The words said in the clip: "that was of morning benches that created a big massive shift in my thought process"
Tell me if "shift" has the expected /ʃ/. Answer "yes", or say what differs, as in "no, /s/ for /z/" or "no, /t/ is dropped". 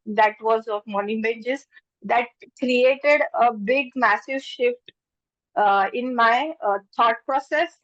yes